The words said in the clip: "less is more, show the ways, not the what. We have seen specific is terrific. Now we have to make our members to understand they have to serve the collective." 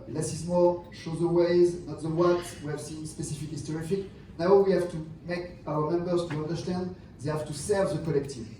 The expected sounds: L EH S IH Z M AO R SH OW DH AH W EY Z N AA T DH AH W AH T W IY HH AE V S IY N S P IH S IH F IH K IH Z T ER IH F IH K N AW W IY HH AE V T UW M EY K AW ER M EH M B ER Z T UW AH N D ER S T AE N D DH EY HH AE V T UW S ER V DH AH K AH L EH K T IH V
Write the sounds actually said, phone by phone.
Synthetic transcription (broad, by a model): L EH S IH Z M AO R SH OW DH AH W EY Z N AA T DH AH W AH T W IY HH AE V S IY N S P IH S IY F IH K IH S T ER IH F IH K N AW W IY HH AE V T UW M EY K AW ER M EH M B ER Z T UW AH N D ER S T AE N D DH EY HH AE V T UW S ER V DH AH K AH L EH K T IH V